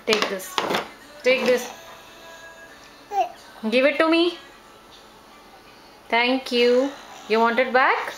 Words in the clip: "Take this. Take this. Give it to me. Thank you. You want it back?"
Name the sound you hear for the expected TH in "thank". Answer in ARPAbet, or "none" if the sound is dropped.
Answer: T